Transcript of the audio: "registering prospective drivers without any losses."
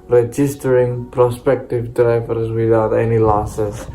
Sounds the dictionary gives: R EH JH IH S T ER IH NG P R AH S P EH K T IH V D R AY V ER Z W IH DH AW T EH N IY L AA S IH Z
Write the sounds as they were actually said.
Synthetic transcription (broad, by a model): R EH JH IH S T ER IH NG P R AH S P EH K T IH V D R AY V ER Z W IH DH AW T EH N IY L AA S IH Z